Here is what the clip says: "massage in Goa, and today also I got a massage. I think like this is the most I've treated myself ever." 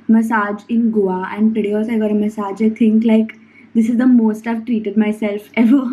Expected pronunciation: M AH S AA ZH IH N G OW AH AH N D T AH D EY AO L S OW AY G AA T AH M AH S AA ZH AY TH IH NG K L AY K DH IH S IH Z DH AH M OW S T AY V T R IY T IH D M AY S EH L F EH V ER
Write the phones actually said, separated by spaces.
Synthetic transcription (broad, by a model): M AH S AA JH IH N G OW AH AH N D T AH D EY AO S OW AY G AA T AH M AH S AA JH AY T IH NG K L AY K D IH S IH Z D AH M OW S T AY V T R IY T IH D M AY S EH L F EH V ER